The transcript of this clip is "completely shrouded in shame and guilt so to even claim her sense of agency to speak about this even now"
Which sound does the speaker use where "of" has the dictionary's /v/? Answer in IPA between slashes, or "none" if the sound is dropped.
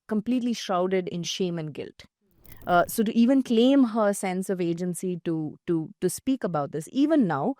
/v/